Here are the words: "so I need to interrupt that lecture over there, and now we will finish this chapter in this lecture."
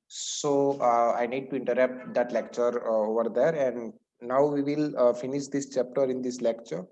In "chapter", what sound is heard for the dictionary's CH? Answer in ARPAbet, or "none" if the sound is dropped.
CH